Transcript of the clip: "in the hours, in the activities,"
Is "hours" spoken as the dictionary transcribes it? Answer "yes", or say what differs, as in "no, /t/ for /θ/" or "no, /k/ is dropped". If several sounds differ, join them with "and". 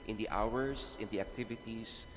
no, /s/ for /z/